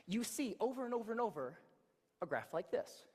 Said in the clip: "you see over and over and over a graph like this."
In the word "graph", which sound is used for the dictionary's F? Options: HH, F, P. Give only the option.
F